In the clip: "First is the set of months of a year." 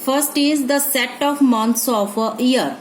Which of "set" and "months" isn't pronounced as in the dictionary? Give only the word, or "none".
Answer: months